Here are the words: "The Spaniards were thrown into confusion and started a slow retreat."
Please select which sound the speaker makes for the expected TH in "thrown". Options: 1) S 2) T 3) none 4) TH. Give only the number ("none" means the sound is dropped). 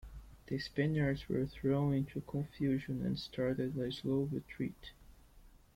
4